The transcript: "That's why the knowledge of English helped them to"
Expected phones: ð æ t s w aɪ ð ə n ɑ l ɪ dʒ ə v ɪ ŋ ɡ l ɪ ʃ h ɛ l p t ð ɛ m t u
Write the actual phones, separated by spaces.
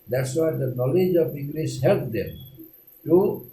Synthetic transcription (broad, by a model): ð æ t s w aɪ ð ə n ɑ l ɪ dʒ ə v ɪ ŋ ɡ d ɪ s h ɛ l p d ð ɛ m t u